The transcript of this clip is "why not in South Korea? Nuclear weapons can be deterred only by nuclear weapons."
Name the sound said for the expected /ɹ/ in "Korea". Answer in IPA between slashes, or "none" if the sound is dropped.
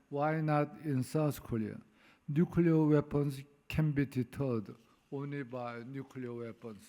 /l/